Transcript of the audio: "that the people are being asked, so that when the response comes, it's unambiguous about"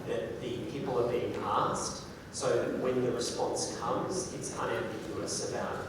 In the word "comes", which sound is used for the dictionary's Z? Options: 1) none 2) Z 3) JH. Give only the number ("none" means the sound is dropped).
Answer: 2